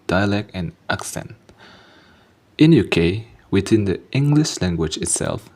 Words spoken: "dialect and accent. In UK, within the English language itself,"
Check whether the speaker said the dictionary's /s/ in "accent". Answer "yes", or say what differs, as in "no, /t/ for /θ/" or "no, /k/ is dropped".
yes